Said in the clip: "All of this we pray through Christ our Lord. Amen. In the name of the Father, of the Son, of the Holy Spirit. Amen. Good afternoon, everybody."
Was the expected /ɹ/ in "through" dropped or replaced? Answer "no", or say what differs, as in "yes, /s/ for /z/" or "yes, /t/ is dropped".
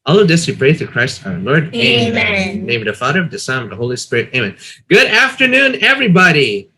yes, /ɹ/ is dropped